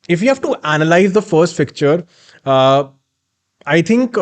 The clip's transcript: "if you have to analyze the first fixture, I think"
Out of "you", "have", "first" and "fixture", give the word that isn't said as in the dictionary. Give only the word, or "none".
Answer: fixture